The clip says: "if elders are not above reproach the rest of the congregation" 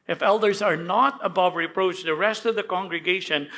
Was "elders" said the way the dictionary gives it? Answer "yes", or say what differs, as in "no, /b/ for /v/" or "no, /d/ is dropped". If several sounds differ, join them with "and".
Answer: yes